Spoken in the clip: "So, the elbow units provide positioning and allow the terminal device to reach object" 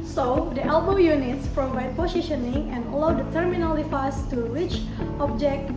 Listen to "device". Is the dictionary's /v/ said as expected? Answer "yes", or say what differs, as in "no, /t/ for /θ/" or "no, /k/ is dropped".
no, /f/ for /v/